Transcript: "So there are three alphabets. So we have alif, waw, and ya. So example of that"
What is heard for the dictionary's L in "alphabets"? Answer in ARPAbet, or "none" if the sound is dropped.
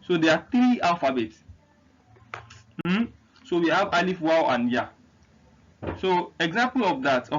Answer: none